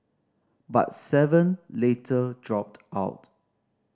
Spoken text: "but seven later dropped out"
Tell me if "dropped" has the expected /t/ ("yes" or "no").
yes